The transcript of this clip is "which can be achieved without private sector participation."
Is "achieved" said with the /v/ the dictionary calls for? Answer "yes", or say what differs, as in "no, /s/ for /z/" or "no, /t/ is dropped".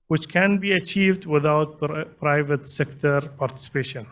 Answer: yes